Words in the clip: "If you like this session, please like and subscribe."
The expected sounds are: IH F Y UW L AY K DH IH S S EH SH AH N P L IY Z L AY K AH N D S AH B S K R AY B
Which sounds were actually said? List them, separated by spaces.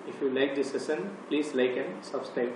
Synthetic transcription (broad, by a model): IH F Y UW L AY K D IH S S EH S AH N P L IY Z L AY K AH N S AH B S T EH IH